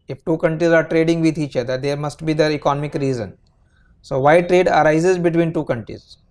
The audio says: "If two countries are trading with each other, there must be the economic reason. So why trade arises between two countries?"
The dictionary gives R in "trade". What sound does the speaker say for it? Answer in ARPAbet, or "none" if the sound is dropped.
R